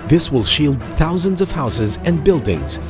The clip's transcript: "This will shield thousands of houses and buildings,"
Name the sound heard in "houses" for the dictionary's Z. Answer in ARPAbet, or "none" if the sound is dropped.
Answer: Z